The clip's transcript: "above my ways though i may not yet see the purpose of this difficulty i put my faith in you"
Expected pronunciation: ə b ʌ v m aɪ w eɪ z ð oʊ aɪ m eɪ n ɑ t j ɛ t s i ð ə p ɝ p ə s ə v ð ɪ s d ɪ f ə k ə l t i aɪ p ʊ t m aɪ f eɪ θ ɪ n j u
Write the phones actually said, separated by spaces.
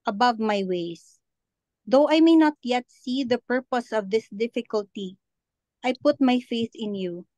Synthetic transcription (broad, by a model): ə b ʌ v m aɪ w eɪ s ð oʊ aɪ m eɪ n ɑ t j ɛ t s i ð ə p ɝ p ə s ə v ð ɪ s d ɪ f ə k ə l t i aɪ p ʊ t m aɪ f eɪ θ ɪ n j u